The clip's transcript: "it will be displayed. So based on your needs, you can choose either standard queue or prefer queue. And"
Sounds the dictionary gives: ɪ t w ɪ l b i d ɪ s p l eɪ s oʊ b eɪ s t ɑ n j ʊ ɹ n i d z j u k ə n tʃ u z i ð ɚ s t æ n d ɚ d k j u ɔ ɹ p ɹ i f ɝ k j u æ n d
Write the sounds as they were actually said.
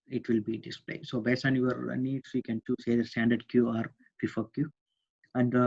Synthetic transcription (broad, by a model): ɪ t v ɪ l b i d ɪ s p l eɪ s oʊ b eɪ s ɑ n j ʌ ɹ n i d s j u k ə n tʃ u s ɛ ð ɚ s t æ n d ɚ d k j u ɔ ɹ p i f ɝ k j u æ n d